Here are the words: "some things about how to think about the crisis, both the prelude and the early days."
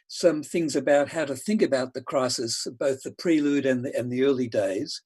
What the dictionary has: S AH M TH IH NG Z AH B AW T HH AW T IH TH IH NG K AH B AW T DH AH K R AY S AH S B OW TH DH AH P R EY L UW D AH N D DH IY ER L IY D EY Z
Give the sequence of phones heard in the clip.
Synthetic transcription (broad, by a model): S AH M TH IH NG Z AH B AW T HH AW T IH TH IH NG K AH B AW T DH AH K R AY S AH S B OW TH DH AH P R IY L UW D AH N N DH IY ER L IY D EY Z